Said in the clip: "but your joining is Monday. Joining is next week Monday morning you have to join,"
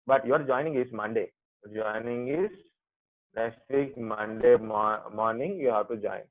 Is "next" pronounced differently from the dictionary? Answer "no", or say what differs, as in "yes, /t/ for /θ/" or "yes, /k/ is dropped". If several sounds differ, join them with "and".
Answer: yes, /k/ is dropped